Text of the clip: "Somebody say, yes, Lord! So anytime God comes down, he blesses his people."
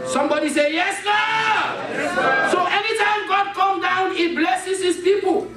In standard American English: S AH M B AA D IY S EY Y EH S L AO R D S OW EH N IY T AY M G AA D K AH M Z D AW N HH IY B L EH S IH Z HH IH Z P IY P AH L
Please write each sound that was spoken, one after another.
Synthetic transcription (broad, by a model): S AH M B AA D IY S EY Y EH S N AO S OW EH N IY T AY M G AA D K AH M D AW N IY B L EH S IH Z HH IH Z P IY P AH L